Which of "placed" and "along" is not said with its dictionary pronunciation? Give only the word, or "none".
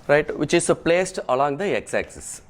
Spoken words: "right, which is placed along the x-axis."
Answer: none